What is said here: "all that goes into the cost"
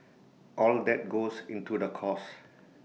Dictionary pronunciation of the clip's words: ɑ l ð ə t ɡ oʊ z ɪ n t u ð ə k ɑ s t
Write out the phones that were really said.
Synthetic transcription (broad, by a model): ɑ l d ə t ɡ oʊ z ɪ n t u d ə k ɑ s